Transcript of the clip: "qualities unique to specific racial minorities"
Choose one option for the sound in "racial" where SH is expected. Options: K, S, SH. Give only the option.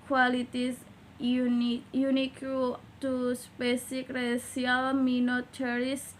S